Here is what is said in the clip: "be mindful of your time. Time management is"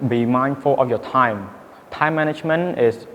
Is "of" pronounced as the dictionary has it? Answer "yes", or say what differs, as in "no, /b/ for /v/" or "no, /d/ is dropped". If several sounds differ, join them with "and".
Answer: no, /f/ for /v/